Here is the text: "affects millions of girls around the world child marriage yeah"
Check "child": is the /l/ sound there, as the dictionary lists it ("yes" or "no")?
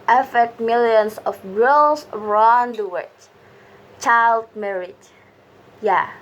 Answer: yes